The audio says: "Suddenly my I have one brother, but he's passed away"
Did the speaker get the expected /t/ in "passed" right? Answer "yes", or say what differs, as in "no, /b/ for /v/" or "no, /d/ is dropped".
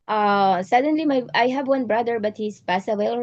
no, /t/ is dropped